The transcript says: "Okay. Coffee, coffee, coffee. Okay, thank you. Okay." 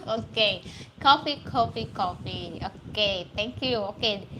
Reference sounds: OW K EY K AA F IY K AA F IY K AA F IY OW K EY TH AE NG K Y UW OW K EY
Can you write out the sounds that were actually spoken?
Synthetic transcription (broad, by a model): OW K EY K AA F IY K AA F IY K AA F IY OW K EY T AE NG K Y UW OW K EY